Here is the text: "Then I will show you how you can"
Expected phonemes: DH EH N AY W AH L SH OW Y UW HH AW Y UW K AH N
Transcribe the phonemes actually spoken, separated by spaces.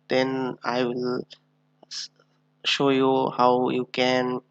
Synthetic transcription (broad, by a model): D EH N AY W AH L SH OW Y UW HH AW Y UW K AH N